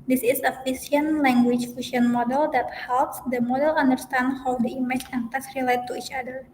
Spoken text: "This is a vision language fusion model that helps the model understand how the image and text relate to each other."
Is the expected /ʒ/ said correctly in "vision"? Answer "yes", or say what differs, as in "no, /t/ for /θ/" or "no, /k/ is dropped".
no, /s/ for /ʒ/